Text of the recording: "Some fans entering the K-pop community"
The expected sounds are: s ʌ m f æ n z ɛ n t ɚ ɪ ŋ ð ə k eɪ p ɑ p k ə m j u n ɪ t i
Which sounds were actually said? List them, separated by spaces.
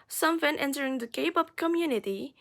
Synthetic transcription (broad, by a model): s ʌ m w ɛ n ɛ n t ɚ ɪ ŋ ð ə k eɪ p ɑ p k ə m j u n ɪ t i